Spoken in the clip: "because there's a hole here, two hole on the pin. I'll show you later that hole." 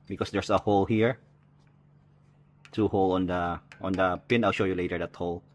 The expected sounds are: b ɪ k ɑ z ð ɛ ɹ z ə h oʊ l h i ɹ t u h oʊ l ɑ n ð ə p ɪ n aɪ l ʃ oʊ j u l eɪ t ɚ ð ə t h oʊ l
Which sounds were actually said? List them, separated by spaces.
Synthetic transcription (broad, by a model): b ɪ k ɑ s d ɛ ɹ s ə h oʊ l h i ɹ t u h oʊ l ɑ n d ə p ɪ n aɪ l ʃ oʊ j u l eɪ t ɚ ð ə t h oʊ l